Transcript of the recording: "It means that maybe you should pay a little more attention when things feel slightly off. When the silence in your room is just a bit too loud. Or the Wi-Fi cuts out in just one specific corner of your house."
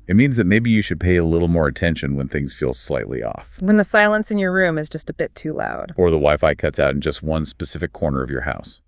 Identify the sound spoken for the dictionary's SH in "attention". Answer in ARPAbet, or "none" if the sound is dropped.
SH